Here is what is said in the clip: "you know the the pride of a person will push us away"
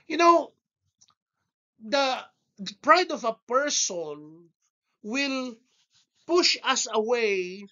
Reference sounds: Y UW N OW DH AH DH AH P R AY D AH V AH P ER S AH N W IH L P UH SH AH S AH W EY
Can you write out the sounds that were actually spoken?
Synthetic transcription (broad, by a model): Y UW N OW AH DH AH P R AY D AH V AH P ER S AH N W IH L P UH SH AH S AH W EY